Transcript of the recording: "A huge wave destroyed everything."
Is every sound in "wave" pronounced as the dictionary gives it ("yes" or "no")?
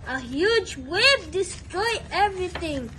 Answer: no